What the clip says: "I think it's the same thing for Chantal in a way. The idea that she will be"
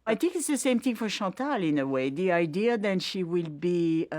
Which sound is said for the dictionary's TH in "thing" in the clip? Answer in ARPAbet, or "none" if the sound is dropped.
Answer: TH